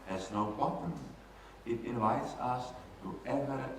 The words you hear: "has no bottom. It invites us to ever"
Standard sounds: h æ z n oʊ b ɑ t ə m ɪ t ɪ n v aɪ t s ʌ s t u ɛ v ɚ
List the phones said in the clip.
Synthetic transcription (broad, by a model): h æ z n oʊ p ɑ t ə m ɪ t ɪ n v aɪ t s ʌ s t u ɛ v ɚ